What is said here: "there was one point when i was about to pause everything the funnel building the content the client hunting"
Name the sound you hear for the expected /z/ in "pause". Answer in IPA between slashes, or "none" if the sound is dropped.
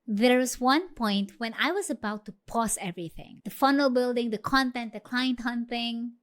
/s/